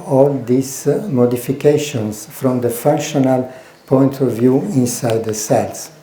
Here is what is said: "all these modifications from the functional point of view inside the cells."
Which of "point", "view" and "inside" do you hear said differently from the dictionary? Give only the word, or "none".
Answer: none